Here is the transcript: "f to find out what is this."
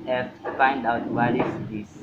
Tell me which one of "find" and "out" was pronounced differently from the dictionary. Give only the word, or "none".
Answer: none